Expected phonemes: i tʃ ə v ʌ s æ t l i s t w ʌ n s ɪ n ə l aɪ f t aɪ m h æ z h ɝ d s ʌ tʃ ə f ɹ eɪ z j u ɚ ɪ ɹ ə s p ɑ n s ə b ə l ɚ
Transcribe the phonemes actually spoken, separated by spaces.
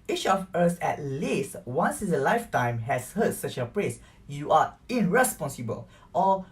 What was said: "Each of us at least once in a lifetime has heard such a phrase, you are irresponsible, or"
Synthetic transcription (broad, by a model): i tʃ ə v ʌ s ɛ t l i s t w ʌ n s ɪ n ə l aɪ f t aɪ m h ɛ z h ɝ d s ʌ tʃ ə p ɹ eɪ s j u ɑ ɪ ɹ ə s p ɑ n s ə b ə l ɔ